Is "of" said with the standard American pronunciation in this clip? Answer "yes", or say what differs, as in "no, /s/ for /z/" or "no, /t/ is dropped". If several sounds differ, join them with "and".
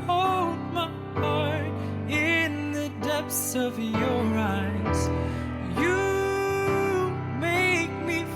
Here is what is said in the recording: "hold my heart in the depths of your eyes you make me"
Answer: yes